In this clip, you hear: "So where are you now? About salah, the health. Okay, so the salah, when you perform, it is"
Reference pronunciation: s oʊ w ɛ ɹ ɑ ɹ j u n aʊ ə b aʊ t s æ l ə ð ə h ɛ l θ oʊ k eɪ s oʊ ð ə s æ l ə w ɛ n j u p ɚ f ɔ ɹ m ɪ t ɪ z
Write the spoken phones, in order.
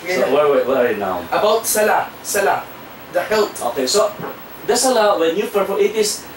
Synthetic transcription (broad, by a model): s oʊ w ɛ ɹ ɑ ɹ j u n aʊ ə b aʊ t s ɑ l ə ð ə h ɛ l t oʊ k eɪ s oʊ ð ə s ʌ l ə w ɛ n j u f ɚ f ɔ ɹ ɪ t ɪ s